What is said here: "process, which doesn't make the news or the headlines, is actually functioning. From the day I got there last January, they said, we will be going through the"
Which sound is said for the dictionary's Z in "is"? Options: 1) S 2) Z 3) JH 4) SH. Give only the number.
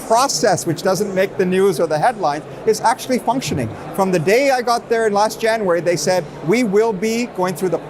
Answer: 2